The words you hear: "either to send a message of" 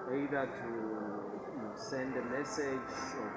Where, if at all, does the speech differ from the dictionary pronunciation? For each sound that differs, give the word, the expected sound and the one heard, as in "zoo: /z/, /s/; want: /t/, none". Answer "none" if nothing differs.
none